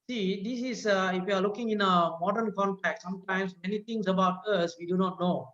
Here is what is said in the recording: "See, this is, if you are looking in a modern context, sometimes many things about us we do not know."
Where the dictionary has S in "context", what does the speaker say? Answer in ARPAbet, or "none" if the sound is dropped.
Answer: none